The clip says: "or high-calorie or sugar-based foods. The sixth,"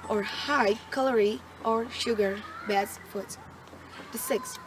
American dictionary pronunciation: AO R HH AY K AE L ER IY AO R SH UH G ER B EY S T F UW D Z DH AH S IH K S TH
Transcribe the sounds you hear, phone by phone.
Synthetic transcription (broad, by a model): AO R HH AY K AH L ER IY AO R SH UH G ER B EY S F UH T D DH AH S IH K S